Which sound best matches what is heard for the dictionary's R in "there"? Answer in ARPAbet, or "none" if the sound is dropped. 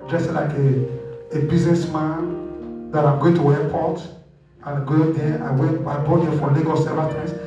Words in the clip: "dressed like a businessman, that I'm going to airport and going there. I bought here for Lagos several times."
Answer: W